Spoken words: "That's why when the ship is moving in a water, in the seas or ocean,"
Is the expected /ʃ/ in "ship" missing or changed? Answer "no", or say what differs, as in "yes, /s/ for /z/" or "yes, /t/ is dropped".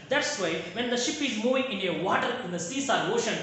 no